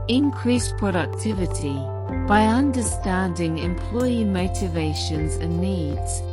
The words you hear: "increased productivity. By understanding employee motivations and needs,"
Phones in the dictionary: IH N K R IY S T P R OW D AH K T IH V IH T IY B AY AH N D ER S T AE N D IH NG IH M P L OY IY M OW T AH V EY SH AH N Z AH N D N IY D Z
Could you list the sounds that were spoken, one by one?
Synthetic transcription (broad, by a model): IH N K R IY S P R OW D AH K T IH V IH T IY B AY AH N D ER S T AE N D IH NG IH M P L OY IY M OW T AH V EY SH AH N Z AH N N IY D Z